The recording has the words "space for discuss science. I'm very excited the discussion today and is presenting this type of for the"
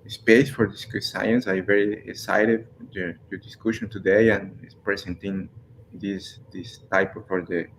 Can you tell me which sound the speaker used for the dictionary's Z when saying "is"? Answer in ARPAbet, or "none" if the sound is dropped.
S